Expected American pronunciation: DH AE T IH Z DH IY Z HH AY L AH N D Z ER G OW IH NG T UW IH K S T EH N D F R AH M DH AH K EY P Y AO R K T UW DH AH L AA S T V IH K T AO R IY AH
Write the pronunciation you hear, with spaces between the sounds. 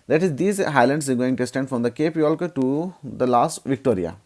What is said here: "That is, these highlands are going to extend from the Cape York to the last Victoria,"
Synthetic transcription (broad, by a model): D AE T IH Z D IY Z HH AY L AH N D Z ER G OW IH NG T UW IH S T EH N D F R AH M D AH K EY P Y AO L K T UW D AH L AA S T V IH K T AO R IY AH